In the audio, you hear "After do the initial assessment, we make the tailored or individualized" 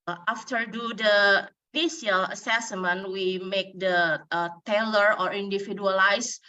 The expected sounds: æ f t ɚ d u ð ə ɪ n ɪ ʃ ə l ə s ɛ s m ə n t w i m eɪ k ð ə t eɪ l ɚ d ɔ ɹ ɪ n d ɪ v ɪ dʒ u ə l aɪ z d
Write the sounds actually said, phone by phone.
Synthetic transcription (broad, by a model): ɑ f t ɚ d u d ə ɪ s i ə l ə s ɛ s m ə n w i m eɪ k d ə t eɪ l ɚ ɔ ɹ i n d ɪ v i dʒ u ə l aɪ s